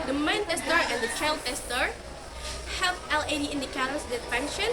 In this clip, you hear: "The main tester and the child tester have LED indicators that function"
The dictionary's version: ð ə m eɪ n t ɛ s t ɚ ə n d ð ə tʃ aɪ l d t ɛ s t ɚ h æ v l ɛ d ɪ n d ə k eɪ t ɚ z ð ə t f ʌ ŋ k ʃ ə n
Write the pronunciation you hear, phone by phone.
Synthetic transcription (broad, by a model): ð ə m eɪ n t ɛ s t ɚ ə n d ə tʃ aɪ l d t ɛ s t ɚ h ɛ f l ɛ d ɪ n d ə k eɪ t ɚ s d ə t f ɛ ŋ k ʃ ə n